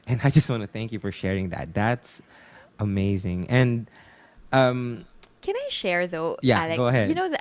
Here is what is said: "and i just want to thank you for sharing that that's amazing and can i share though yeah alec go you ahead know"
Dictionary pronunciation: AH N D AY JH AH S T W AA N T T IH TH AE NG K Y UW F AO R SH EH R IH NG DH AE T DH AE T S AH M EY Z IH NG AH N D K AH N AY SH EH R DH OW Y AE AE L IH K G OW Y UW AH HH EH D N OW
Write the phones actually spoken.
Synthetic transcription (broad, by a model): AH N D AY JH AH S T W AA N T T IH TH AE NG K Y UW F AO R SH EH R IH NG DH AE T DH AE T S AH M EY Z IH NG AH N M K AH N AY SH EH R DH OW Y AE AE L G G OW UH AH HH EH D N OW